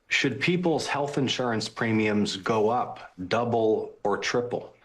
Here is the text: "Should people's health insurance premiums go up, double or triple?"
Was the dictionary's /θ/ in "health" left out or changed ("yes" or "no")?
no